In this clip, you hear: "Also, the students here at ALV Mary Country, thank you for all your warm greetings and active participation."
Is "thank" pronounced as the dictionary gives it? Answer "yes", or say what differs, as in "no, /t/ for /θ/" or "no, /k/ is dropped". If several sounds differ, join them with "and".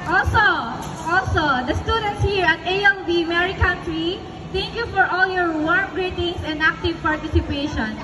no, /t/ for /θ/